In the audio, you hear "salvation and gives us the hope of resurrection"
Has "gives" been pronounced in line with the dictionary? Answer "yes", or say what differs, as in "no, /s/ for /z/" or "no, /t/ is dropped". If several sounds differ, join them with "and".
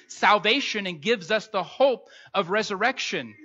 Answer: yes